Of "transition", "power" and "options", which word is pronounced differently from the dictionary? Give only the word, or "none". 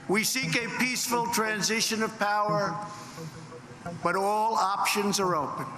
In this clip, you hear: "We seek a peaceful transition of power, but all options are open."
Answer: none